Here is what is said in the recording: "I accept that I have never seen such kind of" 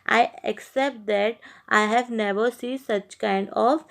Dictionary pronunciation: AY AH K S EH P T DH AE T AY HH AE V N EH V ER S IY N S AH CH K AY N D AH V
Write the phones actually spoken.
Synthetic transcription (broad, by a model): AY AH K S EH P T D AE T AY HH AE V N EH V ER S IY N S AH CH K AY N D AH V